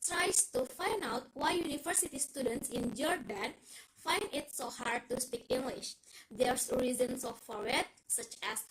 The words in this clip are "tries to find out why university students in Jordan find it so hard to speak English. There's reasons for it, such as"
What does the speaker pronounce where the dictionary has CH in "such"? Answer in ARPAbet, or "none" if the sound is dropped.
CH